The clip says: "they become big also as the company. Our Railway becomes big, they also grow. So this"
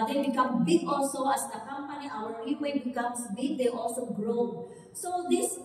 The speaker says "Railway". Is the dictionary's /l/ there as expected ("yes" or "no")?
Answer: no